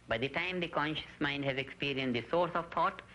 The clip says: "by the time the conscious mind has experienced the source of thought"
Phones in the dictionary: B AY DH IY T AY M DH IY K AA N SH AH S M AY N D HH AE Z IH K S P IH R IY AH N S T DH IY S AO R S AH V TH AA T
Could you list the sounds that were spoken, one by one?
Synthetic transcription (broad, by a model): B AY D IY T AY M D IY K AA N SH AH S M AY N D HH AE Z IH K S P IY R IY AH N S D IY S AO R S AH V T AA T